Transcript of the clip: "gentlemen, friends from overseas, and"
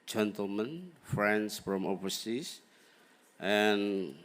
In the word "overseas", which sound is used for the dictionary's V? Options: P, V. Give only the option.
P